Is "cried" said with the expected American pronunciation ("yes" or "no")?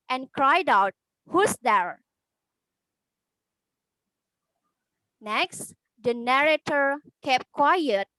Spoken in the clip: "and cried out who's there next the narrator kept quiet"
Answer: yes